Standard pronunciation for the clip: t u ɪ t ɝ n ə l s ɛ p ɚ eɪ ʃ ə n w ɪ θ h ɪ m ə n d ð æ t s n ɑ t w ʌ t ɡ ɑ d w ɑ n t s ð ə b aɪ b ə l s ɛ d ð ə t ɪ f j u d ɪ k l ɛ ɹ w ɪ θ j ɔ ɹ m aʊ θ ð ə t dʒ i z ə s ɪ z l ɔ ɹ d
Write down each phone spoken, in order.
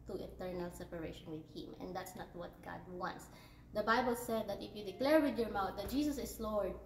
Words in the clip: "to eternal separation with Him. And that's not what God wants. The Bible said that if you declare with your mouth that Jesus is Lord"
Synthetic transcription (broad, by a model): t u ɪ t ɝ n ə l s ɛ p ɚ eɪ ʃ ə n w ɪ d h ɪ m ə n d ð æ t s n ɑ t w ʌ t ɡ ɑ d w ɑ n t s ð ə b aɪ b ə l s ɛ d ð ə t ɪ f j u d ɪ k l ɛ ɹ w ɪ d j ɔ ɹ m aʊ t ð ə t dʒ i s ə s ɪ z l ɔ ɹ d